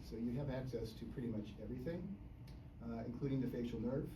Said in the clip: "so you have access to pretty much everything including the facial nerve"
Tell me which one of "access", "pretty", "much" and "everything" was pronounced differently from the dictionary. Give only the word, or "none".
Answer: none